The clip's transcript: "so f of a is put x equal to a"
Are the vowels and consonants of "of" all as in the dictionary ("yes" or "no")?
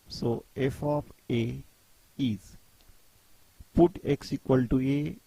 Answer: no